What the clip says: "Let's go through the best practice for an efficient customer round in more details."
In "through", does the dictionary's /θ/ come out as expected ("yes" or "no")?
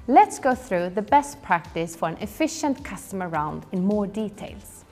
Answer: yes